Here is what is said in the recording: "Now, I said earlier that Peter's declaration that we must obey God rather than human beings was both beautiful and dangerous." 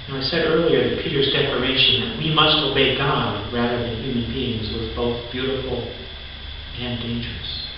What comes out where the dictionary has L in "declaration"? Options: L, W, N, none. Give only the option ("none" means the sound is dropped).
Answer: L